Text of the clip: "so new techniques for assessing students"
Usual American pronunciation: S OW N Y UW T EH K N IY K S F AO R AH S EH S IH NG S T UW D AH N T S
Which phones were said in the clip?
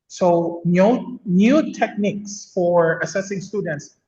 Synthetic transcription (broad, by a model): S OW N Y UW T EH K N IY K S F AO R AH S EH S IH NG S T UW D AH N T S